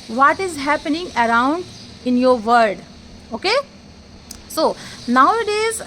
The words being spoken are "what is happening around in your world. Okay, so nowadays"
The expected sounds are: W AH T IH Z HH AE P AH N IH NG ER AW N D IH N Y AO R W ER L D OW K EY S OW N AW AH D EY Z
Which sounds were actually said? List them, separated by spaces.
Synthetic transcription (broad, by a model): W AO T IH Z HH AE P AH N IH NG ER AW N D IH N Y AO R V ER D OW K EY S OW N AW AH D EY Z